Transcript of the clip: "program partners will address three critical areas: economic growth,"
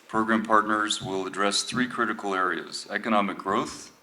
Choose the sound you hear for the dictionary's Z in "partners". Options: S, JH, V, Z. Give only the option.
Z